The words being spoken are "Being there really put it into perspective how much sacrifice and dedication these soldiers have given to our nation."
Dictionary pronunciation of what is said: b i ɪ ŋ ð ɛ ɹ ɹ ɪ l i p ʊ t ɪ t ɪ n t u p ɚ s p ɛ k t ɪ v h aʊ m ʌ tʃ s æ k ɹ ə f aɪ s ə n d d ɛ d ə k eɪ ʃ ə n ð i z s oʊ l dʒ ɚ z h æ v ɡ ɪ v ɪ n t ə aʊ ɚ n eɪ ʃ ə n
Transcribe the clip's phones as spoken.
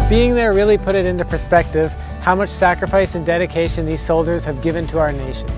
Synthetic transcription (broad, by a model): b i ɪ ŋ ð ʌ ɹ ɹ ɪ l i p ʊ t ɪ t ɪ n t u p ɚ s p ɛ k t ɪ v h aʊ m ʌ tʃ s æ k ɹ ə f aɪ s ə n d d ɛ d ə k eɪ ʃ ə n ð i z s oʊ l dʒ ɚ z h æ v ɡ ɪ v ɪ n t ə aʊ ɚ n eɪ ʃ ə n